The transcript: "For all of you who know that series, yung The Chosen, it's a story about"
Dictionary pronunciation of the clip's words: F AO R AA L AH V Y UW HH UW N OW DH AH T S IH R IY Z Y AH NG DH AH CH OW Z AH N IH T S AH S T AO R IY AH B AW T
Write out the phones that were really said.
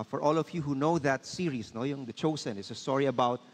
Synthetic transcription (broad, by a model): F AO R AA L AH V Y UW HH UW N OW DH AH T S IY R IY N Y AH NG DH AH CH OW S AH N IH T S AH S T AO R IY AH B AW T